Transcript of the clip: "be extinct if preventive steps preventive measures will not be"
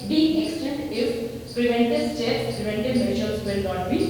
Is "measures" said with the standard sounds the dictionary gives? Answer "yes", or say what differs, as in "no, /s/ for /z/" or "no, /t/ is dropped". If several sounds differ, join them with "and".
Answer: no, /ʃ/ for /ʒ/